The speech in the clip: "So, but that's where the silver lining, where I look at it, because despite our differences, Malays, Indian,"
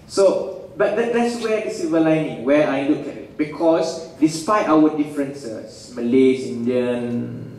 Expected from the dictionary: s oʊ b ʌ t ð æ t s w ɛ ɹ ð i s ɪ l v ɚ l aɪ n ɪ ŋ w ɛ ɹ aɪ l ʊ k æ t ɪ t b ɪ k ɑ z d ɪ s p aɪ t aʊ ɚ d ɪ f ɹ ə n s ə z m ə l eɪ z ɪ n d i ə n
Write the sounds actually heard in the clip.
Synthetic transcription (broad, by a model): s oʊ b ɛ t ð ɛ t s w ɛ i s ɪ v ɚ l aɪ n ɪ ŋ w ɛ aɪ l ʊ k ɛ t ɪ t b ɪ k ɑ s d ɪ s p aɪ t aʊ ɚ d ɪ f ɹ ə n s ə s m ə l eɪ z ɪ n d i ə n